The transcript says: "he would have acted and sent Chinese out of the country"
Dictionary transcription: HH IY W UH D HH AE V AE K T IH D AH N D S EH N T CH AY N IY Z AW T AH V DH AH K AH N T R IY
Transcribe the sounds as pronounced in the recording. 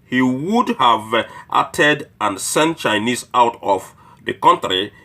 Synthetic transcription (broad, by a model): HH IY W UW D HH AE V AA T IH D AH N S EH N T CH AY N IY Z AW T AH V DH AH K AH N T R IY